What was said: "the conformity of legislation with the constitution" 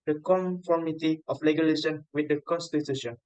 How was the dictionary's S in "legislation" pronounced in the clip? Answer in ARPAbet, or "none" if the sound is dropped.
none